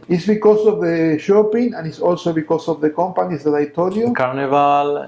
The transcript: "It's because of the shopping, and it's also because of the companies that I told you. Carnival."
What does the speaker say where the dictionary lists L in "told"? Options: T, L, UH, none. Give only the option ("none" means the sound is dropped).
none